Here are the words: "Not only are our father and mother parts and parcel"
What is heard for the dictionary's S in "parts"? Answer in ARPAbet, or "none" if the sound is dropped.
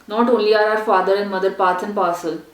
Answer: none